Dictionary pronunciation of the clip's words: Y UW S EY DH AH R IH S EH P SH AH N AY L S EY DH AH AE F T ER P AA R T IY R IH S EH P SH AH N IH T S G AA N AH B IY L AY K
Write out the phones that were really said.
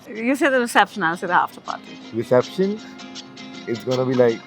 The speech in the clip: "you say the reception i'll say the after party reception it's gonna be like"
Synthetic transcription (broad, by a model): Y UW S EY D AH R IH S EH P SH AH N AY N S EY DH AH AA F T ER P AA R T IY R IH S EH P SH AH N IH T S G AA N AH B IY L AY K